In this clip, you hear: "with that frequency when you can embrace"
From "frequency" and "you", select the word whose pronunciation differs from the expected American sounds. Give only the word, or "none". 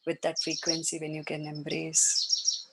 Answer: none